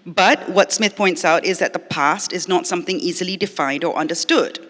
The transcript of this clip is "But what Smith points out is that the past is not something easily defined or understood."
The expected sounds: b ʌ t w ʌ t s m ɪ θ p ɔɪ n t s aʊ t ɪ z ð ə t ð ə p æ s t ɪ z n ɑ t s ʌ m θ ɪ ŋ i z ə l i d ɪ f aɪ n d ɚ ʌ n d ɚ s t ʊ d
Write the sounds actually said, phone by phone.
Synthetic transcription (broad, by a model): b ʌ t w ʌ t s m ɪ θ p ɔɪ n t s aʊ t ɪ z ð ə t ð ə p æ s t ɪ z n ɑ t s ʌ m θ ɪ ŋ i z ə l i d ɪ f aɪ n d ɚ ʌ n d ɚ s t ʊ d